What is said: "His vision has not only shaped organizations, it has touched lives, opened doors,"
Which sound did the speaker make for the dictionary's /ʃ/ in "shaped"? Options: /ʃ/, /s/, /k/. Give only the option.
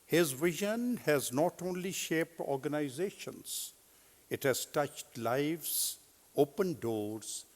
/ʃ/